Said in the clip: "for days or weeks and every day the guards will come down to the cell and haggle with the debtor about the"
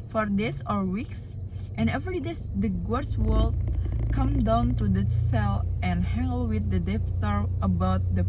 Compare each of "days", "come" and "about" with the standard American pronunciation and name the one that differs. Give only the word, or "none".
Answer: days